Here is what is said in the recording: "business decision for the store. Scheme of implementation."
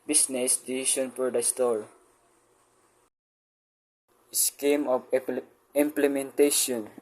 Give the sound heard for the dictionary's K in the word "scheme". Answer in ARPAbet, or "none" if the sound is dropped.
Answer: K